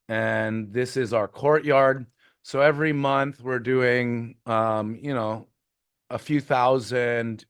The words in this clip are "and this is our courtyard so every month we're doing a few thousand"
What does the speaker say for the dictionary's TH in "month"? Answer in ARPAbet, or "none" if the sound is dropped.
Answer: TH